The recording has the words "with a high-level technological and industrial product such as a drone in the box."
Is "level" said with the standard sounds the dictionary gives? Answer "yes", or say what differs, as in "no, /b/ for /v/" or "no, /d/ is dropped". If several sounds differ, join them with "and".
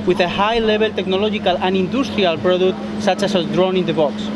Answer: no, /b/ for /v/